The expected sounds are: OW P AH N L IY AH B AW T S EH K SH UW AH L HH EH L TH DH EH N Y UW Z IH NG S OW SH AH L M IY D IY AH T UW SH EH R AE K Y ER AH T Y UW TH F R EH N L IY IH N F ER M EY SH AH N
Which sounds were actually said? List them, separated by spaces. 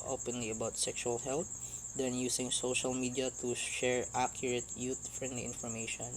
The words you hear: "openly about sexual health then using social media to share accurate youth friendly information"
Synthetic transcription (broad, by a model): OW P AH N L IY AH B AW T S EH K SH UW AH L HH EH L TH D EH N Y UW S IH NG S OW SH AH L M IY D IY AH T UW SH EH R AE K Y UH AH T Y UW T F R EH N L IY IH N F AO M EY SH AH N